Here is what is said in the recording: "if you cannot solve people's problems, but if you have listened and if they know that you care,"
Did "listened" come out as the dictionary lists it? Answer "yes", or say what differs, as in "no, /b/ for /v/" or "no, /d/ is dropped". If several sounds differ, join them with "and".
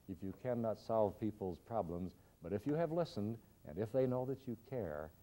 yes